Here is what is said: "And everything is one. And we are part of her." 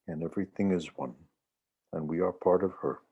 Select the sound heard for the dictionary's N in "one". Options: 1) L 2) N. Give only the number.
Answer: 2